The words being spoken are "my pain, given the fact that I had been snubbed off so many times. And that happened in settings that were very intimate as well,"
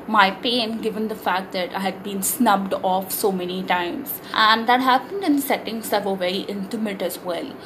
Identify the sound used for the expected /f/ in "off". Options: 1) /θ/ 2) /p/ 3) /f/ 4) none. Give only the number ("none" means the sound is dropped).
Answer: 3